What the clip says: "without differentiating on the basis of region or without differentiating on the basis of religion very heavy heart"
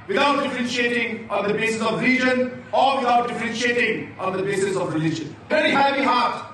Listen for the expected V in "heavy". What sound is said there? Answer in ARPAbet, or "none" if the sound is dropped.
B